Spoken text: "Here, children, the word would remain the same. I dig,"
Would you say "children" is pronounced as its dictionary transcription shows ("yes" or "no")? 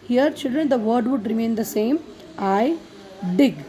yes